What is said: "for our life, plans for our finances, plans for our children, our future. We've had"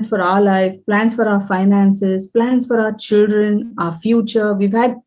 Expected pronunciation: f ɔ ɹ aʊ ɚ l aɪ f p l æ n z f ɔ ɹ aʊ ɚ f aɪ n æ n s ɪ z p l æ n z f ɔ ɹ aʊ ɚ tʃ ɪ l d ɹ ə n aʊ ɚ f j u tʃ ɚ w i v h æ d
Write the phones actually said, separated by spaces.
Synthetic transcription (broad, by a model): f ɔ ɹ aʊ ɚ l aɪ f p l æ n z f ɔ ɹ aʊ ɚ f aɪ n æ n s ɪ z p l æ n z f ɔ ɹ aʊ ɚ tʃ ɪ l d ɹ ə n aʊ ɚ f j u tʃ ɚ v i v h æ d